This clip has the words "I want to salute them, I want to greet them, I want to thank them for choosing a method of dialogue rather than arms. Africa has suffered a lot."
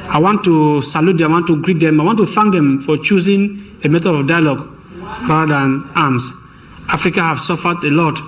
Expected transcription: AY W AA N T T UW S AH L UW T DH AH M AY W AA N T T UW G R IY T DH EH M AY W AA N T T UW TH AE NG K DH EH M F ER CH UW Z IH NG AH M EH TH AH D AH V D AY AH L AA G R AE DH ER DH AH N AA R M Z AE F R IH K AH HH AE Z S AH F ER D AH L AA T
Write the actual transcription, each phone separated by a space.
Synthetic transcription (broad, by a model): AY W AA N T T UW S AH L UW T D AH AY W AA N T T UW G R IY T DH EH M AY W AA N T T UW F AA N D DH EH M F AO CH UW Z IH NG AH M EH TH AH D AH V D AY AH L AA G R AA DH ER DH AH N AA M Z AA F R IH K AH HH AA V S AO F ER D AH L AA T